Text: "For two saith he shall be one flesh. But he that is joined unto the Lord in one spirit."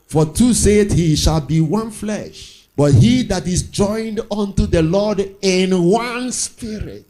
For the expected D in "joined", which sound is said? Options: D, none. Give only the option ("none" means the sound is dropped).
D